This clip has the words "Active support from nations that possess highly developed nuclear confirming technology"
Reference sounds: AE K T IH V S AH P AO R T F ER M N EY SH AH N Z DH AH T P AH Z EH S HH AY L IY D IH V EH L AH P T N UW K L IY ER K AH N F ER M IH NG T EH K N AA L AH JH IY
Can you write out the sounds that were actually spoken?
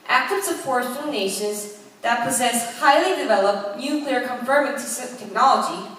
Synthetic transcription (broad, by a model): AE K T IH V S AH F AO R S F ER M N EY SH AH N Z DH AH T P AH Z EH S HH AY L IY D IH V EH L AH P T N UW K L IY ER K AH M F ER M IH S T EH K N AA L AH JH IY